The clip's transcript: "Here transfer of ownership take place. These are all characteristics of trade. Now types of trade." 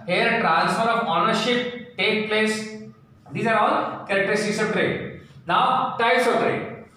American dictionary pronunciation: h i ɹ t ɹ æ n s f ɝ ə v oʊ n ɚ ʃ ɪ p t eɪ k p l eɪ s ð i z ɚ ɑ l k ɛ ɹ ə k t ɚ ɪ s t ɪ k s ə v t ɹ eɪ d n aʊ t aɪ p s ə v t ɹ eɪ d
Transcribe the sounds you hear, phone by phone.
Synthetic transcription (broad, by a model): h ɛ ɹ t ɹ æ n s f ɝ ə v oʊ n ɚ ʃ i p t eɪ k p l eɪ s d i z ɚ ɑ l k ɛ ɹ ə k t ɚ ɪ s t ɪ s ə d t ɹ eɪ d n aʊ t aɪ s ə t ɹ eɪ